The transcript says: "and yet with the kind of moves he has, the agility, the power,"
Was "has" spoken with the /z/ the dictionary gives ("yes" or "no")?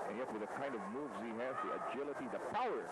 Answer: no